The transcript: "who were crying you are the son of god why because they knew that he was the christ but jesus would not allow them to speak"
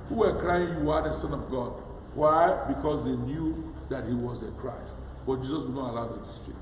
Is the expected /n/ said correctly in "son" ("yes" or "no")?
yes